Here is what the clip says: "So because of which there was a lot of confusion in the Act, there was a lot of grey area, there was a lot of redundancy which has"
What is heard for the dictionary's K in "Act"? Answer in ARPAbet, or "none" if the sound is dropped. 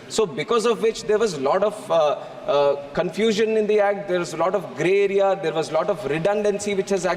K